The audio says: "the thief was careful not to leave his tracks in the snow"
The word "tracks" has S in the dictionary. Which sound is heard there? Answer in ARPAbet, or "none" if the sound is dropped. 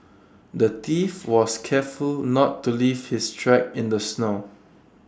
none